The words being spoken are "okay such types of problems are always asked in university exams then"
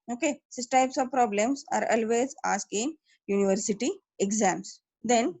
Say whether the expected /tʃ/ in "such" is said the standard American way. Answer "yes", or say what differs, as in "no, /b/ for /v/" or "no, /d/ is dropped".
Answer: no, /s/ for /tʃ/